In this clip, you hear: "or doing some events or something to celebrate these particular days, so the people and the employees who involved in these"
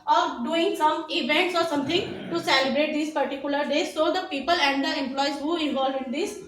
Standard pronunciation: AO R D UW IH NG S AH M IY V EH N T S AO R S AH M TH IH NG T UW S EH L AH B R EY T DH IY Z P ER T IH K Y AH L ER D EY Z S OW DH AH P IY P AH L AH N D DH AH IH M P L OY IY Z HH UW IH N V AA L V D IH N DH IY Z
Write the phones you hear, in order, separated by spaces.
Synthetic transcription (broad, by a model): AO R D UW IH NG S AH M IY V EH N T S AO R S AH M T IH NG T UW S EH L AH B R EY T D IY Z P ER T IH K Y AH L ER D EY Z S OW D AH P IY P AH L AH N D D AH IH M P L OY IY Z HH UW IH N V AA L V IH N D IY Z